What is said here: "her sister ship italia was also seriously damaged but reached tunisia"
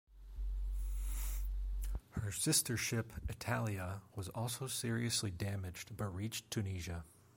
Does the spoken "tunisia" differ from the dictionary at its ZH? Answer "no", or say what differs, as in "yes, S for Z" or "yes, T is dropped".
no